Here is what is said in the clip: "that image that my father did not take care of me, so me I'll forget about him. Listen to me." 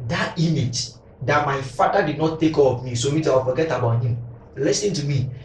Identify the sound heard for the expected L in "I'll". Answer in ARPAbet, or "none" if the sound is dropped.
W